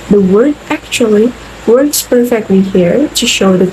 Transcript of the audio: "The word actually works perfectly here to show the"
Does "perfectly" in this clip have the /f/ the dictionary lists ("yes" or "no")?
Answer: yes